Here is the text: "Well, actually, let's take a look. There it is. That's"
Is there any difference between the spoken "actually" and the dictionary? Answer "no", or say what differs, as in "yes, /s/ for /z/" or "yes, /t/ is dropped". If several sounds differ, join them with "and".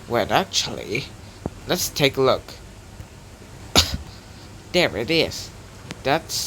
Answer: no